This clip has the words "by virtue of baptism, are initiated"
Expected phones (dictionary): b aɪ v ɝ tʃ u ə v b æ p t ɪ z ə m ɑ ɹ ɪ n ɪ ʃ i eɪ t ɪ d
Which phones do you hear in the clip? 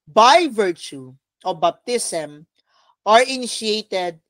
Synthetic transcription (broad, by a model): b aɪ v ɝ tʃ u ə b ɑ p t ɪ s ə m ɑ ɹ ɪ n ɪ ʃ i eɪ t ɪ d